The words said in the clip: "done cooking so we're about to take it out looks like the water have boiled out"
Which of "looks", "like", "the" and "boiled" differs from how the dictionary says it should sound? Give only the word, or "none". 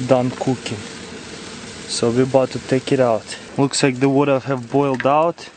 none